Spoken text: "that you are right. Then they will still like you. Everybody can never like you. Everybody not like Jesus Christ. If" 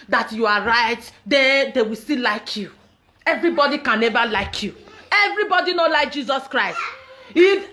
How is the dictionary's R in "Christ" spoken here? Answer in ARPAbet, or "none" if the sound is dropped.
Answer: R